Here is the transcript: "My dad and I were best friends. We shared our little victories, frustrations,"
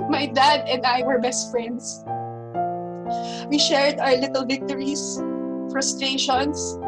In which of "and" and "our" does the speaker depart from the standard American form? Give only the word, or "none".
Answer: none